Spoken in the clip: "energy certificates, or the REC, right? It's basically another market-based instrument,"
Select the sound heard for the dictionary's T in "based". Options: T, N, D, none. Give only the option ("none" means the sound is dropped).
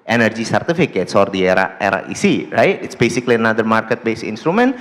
none